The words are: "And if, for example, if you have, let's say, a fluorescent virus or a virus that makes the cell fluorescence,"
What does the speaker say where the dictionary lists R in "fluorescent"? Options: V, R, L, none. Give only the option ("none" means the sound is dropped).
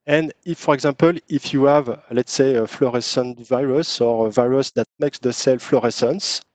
R